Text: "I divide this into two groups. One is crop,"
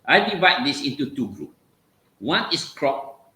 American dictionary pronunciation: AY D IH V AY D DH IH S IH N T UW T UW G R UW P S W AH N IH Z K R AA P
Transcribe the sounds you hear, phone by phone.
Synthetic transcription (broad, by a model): AY D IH V AY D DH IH S IH N T UW T UW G R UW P W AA N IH S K R AA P